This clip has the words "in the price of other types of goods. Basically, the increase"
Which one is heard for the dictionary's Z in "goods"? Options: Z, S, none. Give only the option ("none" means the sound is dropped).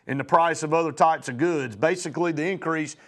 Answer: Z